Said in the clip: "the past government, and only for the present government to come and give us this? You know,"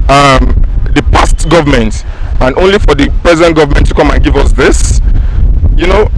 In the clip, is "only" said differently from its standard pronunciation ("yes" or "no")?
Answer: no